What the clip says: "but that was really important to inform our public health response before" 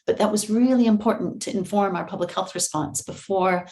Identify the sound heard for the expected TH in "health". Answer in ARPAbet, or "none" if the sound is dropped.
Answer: TH